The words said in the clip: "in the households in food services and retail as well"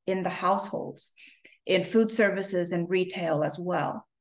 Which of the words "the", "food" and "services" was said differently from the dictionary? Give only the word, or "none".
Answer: none